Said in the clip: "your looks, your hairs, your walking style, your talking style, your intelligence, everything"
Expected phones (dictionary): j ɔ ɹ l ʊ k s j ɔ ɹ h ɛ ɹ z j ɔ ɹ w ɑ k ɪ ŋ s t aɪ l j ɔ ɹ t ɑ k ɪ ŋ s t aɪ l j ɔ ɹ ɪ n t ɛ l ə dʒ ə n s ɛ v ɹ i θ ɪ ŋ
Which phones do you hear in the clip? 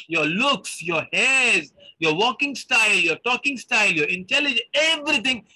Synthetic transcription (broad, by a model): j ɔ ɹ l ʊ k s j ɔ ɹ h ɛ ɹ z j ɔ ɹ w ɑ k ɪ ŋ s t aɪ l j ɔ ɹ t ɑ k ɪ ŋ s t aɪ l j ɔ ɹ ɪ n t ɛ l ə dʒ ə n ɛ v ɹ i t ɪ ŋ